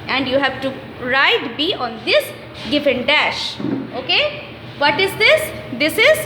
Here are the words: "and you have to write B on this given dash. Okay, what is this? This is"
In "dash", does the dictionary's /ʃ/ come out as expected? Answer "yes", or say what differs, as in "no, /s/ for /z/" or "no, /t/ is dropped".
yes